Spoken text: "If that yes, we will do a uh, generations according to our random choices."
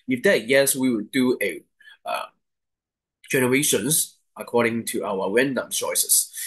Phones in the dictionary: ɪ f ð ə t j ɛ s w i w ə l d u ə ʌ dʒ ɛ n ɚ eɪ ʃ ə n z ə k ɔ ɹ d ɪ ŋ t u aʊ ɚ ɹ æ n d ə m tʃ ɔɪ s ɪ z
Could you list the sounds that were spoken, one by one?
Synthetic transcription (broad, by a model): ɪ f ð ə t j ɛ s w i w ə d d u ə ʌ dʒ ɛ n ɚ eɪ ʃ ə n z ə k ɔ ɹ d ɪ ŋ t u aʊ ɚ w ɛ n d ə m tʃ ɔɪ s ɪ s